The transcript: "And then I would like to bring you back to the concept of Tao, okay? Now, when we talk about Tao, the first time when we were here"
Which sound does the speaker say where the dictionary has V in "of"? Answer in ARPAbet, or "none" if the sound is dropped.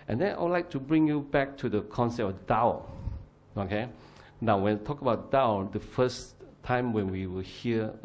F